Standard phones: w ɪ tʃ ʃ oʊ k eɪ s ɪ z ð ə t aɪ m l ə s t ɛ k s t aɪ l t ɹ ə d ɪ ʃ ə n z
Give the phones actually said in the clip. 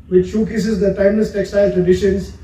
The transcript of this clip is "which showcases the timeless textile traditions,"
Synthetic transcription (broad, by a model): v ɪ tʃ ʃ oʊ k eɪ s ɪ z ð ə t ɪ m ə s t ɛ k s t aɪ l t ɹ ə d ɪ ʃ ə n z